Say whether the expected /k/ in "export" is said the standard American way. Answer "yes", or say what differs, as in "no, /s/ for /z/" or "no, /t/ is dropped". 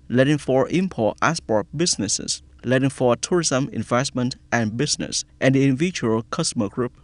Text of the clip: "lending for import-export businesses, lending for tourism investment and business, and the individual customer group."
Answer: no, /k/ is dropped